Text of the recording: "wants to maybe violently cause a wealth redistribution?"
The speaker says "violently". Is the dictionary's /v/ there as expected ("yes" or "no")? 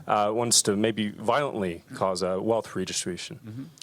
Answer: yes